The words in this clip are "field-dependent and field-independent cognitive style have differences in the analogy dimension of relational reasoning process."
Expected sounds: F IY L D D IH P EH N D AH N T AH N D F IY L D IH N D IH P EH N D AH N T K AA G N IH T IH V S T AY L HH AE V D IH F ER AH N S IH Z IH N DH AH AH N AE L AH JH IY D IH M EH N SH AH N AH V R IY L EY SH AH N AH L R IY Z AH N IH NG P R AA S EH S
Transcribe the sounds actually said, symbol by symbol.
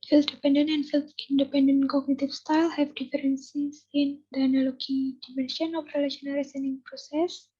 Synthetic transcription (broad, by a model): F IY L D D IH P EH N D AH N AH N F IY L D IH N D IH P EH N D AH N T K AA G N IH T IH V S T AY L HH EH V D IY F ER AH N S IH S IH N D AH N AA L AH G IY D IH M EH N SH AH N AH F R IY L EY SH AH N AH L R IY S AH N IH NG P R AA S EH S